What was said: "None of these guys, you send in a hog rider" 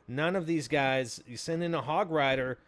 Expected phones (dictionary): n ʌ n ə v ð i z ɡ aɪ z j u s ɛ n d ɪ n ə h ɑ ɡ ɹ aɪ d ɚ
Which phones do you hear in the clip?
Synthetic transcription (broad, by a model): n ʌ n ə v ð i z ɡ aɪ z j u s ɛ n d ɪ n ə h ɑ ɡ ɹ aɪ d ɚ